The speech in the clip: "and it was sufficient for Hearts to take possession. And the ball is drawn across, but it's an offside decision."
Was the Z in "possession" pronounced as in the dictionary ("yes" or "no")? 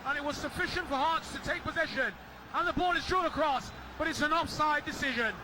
yes